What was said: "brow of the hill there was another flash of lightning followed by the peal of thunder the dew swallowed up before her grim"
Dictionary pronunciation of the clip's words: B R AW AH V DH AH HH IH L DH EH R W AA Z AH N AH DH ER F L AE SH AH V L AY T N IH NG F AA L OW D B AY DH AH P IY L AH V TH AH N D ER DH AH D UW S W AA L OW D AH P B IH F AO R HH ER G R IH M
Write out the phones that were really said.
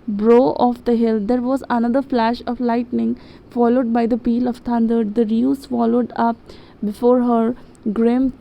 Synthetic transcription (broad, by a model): B R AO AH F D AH HH IH L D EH R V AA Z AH N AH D ER F L AE SH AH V L AY T N IH NG F AA L OW D B AY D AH P IY L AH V T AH N D ER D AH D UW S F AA L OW D AH P B IH F AO R HH ER G R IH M